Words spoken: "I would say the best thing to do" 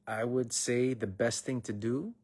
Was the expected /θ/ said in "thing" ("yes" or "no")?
yes